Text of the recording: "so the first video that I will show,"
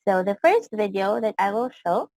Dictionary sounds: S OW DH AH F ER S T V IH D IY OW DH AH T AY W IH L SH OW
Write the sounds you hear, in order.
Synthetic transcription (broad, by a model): S OW DH AH F ER S T V IH D IY OW DH AH T AY W IH L SH OW